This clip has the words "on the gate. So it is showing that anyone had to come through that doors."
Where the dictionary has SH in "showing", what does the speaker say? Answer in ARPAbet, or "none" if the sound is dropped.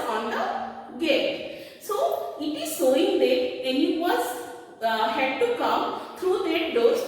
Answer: S